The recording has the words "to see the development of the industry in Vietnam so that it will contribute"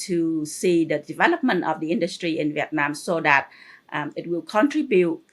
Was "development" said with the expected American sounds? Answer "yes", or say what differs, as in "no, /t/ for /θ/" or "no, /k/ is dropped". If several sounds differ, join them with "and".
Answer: yes